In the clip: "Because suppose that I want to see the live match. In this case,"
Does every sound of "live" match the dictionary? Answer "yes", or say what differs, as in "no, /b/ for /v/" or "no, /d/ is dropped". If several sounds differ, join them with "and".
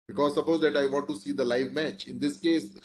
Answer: yes